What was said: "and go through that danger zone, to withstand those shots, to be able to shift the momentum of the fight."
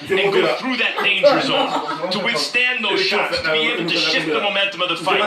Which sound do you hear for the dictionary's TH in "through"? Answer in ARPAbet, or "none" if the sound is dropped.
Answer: TH